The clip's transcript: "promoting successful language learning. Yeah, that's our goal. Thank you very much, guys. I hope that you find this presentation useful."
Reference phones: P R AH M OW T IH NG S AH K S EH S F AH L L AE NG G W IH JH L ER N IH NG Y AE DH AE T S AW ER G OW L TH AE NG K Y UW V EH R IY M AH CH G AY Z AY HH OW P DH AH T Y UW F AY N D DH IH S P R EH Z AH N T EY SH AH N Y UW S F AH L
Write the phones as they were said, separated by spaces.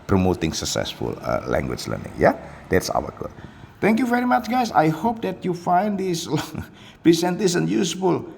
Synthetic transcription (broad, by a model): P R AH M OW T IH NG S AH K S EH S F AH L L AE NG G W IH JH L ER N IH NG Y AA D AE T S AW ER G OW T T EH NG K Y UW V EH R IY M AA CH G AY S AY HH OW P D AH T Y UW F AY N D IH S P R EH S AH N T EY S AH N Y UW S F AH L